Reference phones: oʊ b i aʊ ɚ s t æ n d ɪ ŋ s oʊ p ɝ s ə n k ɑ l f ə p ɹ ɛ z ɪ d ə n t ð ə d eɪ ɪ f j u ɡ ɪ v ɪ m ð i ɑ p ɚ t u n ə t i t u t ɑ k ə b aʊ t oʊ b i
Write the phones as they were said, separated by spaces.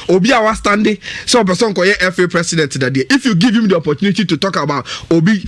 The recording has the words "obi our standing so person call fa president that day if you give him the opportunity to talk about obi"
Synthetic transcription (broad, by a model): oʊ b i aʊ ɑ s t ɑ n d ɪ s oʊ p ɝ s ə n k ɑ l f ə p ɹ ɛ s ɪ d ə n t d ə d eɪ ɪ f j u ɡ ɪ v ɪ m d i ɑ p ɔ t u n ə t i t u t ɑ k ə b aʊ t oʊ b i